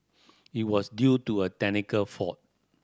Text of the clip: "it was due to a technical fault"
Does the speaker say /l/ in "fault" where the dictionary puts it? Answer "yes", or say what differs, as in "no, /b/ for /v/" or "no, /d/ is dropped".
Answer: no, /l/ is dropped